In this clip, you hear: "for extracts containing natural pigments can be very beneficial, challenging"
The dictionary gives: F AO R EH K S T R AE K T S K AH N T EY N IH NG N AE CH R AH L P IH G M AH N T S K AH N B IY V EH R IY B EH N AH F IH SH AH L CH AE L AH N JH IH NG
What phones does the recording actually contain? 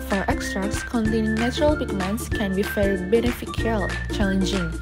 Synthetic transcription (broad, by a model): F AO R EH K S T R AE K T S K AH N T EY N IH NG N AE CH R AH L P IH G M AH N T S K AH N B IY F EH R B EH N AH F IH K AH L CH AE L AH N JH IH NG